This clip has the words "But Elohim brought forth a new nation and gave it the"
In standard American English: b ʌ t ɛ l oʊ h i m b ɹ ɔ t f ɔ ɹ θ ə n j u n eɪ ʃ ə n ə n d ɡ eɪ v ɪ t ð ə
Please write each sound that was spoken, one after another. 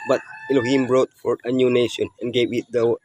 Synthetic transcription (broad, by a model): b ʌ t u n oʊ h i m b ɹ ɔ t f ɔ ɹ ə n j u n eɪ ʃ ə n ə n ɡ eɪ v ɪ t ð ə